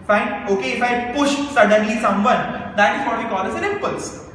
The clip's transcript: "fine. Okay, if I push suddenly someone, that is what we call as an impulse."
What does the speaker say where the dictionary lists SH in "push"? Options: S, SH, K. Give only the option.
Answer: SH